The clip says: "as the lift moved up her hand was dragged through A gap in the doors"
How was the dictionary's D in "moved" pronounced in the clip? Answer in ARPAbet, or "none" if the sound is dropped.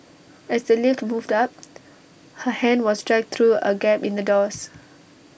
D